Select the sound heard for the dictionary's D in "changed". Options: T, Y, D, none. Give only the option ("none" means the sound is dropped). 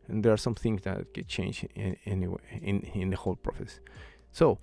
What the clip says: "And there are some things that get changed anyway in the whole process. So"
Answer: none